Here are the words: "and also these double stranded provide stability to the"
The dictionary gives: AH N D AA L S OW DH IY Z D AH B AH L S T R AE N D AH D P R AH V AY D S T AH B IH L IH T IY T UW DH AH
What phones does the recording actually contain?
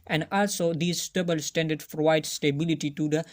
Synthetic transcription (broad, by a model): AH N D AA L S OW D IY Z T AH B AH L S T AE N D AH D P R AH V AY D S T AH B IH L IH T IY T UW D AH